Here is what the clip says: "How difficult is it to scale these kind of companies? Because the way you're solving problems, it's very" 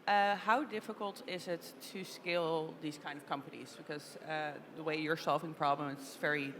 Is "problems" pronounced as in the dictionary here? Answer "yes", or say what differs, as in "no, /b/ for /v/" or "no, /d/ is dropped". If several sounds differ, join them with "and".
no, /z/ is dropped